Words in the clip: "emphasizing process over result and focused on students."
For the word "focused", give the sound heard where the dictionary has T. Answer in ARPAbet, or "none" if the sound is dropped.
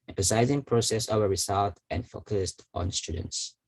T